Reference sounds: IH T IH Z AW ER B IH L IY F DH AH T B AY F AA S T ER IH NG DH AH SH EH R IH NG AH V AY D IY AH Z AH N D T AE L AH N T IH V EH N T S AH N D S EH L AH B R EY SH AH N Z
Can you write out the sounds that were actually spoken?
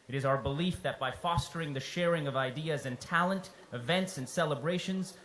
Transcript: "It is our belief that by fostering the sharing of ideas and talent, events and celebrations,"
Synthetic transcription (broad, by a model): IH T IH Z AW ER B IH L IY F DH AH T B AY F AA S T ER IH NG DH AH SH EH R IH NG AH V AY D IY AH Z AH N T AE L AH N T IH V EH N T S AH N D S EH L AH B R EY SH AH N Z